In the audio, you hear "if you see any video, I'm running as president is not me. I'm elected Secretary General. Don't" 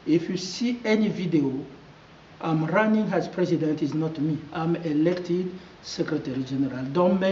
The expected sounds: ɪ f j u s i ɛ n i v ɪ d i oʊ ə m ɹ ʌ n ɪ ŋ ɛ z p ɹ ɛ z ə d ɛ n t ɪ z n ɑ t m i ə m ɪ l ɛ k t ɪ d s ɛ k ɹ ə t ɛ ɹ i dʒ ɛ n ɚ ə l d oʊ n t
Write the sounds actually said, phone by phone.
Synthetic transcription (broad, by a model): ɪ f j u s i ɛ n i v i d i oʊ ə m ɹ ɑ n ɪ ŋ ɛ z p ɹ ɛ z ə d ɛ n t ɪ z n ɑ t m i ə m ɪ l ɛ k t ɪ d s ɛ k ɹ ə t ɛ ɹ i dʒ ɛ n ɚ ə l d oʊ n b